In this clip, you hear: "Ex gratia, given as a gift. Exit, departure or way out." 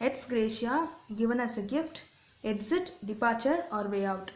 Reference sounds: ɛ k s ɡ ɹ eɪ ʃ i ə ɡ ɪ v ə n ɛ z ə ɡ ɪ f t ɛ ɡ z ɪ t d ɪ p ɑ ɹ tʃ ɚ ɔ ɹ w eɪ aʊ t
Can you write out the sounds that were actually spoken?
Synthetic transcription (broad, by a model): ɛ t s ɡ ɹ eɪ ʃ i ə ɡ ɪ v ə n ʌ s ə ɡ ɪ f t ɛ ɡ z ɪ t d ɪ p ɑ ɹ tʃ ɚ ɔ ɹ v eɪ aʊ t